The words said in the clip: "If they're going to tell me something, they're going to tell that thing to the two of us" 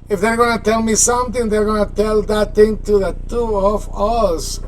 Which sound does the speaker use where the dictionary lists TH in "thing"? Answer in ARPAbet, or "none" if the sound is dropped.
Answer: T